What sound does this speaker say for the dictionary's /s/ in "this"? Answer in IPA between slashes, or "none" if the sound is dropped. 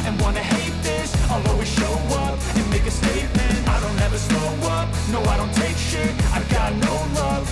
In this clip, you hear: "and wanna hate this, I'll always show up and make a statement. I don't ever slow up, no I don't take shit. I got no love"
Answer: /s/